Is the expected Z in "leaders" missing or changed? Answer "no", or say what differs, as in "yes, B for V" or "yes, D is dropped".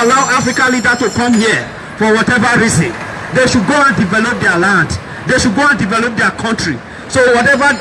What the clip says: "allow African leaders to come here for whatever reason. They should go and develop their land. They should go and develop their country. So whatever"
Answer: yes, Z is dropped